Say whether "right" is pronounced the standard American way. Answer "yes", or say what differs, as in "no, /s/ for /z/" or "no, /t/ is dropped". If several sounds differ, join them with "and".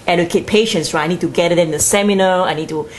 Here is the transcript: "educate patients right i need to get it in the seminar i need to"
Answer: no, /t/ is dropped